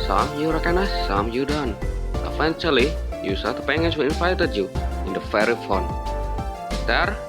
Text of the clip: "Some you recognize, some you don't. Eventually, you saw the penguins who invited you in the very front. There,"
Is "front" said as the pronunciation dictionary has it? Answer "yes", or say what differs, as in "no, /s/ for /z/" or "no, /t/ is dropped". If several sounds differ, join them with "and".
no, /ɹ/ is dropped